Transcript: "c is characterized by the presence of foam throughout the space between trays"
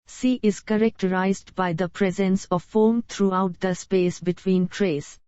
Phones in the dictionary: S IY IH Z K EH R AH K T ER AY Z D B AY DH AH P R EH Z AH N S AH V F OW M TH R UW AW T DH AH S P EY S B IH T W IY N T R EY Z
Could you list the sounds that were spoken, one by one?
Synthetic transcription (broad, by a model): S IY IH Z K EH R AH K T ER AY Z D B AY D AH P R EH Z AH N S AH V F OW M T R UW AW T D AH S P EY S B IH T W IY N T R EY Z